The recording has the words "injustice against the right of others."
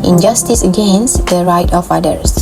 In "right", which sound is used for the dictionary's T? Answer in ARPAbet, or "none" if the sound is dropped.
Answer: T